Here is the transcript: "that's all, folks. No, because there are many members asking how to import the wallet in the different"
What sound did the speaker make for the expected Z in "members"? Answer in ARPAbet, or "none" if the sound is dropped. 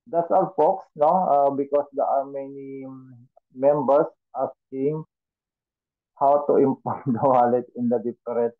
S